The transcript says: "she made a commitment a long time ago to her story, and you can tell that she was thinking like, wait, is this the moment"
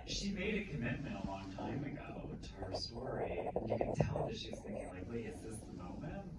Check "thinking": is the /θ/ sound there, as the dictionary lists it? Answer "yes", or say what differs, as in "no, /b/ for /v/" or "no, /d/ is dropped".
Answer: yes